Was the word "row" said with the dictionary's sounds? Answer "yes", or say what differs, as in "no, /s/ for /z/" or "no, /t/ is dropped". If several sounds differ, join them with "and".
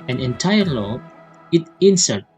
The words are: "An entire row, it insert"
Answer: no, /l/ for /ɹ/